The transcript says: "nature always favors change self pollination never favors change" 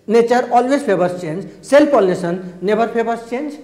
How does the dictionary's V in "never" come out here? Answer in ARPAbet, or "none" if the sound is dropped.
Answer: B